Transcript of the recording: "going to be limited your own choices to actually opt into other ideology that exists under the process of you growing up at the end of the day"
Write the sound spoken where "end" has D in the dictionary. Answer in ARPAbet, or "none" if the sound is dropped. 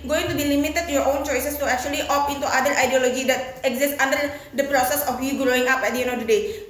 none